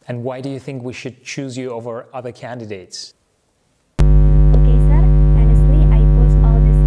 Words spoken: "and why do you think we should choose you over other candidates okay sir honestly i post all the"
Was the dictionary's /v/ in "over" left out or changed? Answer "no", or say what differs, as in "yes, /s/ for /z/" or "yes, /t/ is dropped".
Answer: no